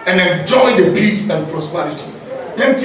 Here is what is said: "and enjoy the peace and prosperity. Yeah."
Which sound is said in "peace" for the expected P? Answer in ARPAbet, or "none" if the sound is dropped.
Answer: B